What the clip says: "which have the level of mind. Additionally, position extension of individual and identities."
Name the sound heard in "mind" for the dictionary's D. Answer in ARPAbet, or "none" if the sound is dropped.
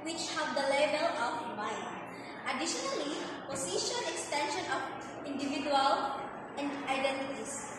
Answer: none